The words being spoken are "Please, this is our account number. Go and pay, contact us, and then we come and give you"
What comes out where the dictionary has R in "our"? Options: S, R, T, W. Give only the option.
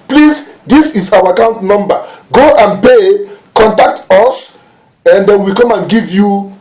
W